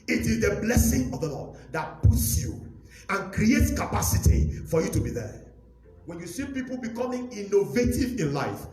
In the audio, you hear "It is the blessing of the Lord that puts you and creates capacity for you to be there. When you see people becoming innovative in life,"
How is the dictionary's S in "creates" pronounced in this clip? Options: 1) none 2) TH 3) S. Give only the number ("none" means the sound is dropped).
3